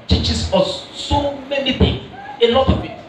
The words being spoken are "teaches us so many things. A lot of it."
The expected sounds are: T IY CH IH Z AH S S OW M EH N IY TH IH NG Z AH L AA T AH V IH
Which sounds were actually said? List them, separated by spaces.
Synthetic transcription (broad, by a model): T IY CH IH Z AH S S OW M EH N IY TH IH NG AH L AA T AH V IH